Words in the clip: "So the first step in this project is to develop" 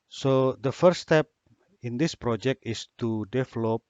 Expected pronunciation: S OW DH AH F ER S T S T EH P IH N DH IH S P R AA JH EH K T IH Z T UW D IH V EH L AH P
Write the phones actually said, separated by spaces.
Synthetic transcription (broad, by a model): S OW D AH F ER T S T EH P IH N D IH S P R AA JH EH K T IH S T UW D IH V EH L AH P